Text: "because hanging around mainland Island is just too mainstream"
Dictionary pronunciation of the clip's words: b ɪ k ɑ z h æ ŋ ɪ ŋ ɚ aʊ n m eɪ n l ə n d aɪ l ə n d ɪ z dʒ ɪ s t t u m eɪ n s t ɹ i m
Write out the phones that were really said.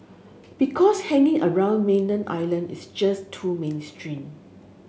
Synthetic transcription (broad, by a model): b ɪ k ɑ s h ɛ ŋ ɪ ŋ ɚ aʊ n m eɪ n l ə n aɪ l ə n d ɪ s dʒ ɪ s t t u m eɪ n s t ɹ i m